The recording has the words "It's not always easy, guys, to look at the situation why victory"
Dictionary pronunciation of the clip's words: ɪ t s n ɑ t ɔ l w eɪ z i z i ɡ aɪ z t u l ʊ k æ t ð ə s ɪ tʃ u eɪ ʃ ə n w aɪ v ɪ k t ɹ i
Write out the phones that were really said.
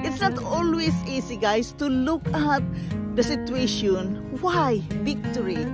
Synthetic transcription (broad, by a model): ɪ t s n ɑ t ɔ l w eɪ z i s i ɡ aɪ s t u l ʊ k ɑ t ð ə s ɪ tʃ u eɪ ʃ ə n w aɪ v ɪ k t ɹ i